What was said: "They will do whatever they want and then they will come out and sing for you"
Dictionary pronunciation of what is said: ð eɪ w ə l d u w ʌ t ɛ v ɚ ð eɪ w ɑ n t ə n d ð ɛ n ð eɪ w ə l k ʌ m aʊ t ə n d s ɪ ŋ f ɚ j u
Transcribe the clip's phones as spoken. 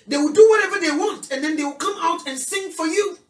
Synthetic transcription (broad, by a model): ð eɪ w ə l d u w ʌ t ɛ v ɚ ð eɪ w ɑ n t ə n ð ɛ n ð eɪ w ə l k ʌ m aʊ t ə n s ɪ ŋ f ɚ j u